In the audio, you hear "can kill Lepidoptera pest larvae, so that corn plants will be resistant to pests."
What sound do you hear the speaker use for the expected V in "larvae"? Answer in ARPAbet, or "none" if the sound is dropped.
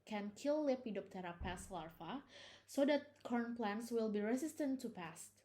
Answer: F